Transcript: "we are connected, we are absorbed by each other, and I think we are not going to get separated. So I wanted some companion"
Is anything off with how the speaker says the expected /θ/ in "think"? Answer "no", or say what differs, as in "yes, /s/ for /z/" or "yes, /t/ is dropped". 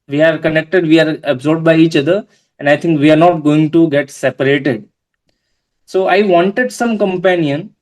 yes, /t/ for /θ/